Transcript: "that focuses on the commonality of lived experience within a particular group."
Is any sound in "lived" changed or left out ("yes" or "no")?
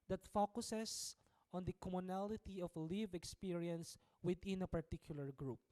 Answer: yes